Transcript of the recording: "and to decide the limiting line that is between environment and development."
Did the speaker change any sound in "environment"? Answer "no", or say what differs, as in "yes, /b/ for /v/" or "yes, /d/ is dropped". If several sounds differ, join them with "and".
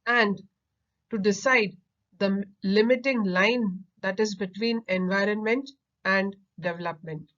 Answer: no